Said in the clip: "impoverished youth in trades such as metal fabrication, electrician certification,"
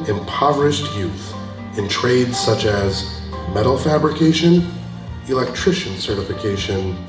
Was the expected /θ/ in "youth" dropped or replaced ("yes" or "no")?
no